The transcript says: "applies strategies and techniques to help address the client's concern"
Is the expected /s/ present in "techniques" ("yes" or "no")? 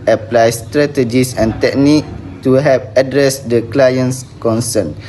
no